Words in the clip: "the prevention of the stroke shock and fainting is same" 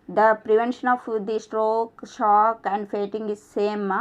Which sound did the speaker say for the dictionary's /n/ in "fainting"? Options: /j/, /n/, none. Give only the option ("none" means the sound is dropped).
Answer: none